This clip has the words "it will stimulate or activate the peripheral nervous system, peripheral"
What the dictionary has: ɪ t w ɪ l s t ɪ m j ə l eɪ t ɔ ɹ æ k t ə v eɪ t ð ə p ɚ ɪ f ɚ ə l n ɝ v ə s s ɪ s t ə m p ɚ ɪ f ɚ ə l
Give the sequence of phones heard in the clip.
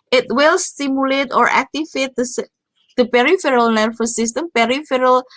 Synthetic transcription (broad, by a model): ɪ t w ɪ l s t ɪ m j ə l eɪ t ɔ ɹ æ k t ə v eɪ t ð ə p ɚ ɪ f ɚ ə l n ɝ f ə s s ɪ s t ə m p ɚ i f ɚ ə l